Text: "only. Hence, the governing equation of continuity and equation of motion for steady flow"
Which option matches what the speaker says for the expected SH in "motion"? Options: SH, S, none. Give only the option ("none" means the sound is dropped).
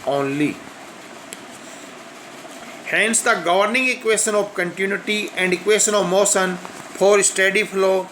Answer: S